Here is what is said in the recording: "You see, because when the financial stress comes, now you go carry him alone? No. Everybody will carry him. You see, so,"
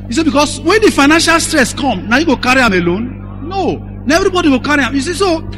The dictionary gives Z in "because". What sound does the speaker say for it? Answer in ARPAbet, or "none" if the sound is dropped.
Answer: S